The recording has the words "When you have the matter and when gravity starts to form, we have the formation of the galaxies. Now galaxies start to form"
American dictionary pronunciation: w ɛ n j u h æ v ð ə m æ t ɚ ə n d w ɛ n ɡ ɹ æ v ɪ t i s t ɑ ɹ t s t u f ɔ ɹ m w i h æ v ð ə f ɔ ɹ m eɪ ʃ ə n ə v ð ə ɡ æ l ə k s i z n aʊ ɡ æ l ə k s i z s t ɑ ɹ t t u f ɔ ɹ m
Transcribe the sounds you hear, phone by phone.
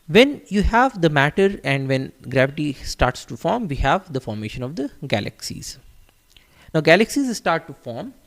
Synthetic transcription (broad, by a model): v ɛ n j u h æ v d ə m æ t ɚ ə n d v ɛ n ɡ ɹ æ v ɪ t i s t ɑ ɹ t s t u f ɔ ɹ m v i h æ v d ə f ɔ ɹ m eɪ ʃ ə n ə v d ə ɡ æ l ə k s i z n aʊ ɡ æ l ə k s i z s t ɑ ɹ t t u f ɔ ɹ m